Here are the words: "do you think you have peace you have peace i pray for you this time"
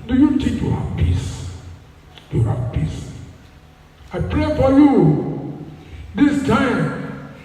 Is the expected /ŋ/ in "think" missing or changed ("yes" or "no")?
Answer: yes